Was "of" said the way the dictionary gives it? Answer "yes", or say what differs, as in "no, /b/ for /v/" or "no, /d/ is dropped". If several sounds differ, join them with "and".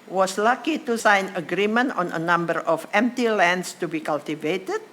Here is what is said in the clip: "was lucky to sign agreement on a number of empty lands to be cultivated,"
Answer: no, /f/ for /v/